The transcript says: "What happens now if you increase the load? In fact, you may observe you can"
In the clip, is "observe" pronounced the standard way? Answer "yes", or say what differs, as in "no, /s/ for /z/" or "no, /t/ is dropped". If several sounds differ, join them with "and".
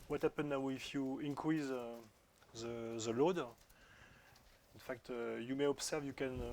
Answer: no, /s/ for /z/